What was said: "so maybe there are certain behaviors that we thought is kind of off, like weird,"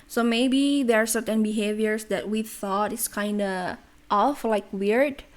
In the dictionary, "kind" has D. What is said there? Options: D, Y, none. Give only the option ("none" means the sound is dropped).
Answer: D